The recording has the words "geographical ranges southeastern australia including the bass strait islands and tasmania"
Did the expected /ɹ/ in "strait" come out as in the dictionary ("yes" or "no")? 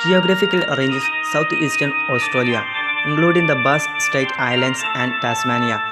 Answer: no